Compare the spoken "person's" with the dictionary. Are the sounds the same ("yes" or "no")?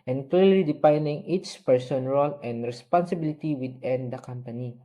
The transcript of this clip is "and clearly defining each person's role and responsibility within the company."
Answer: no